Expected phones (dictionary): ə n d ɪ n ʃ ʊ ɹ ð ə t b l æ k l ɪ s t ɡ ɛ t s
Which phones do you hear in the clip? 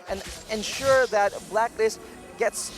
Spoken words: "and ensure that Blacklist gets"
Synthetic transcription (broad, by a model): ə n ɪ n ʃ ʊ ɹ ð ə t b l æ k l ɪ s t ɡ ɛ t s